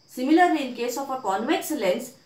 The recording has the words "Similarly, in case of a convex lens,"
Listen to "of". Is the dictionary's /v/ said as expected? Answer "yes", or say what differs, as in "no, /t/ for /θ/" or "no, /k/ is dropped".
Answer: no, /p/ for /v/